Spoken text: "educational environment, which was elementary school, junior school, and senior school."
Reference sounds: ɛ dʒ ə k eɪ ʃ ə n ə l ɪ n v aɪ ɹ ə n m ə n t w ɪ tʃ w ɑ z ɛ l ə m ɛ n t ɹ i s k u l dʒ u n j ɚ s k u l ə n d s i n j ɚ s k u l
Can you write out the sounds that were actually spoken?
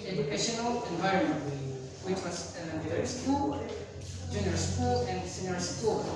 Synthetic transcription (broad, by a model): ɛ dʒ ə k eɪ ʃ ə n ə l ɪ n v aɪ ɹ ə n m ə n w w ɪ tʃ w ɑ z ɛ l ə ɛ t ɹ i s k u l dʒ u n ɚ s k u l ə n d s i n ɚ s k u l